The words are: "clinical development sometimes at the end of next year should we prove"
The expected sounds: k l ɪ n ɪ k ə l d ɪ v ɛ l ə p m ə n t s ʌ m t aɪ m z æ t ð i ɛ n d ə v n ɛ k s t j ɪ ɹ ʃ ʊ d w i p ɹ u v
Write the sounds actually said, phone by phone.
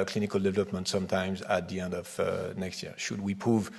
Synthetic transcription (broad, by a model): k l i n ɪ k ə l d ɪ v ɛ l ə p m ə n t s ʌ m t aɪ m z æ t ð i ɛ n d ə v n ɛ k s t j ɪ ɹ ʃ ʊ d w i p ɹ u v